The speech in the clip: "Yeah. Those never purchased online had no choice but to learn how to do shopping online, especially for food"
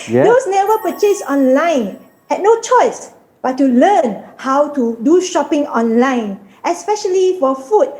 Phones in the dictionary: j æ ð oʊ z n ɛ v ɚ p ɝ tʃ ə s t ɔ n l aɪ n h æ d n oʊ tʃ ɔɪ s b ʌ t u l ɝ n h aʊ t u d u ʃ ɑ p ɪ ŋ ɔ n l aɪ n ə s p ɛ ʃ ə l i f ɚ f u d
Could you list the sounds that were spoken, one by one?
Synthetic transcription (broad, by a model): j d oʊ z n ɛ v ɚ p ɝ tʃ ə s ɔ n l aɪ n h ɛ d n oʊ tʃ ɔɪ s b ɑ t u l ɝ n h aʊ t u d u ʃ ɑ p ɪ ŋ ɔ n l aɪ n ə s p ɛ ʃ ə l i f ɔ f u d